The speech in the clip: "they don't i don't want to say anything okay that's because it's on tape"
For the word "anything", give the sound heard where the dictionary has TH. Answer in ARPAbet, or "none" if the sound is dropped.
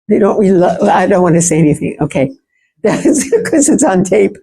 TH